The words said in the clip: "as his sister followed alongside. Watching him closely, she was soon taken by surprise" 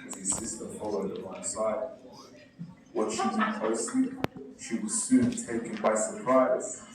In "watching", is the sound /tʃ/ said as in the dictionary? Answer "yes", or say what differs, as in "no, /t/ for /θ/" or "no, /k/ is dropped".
no, /ʃ/ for /tʃ/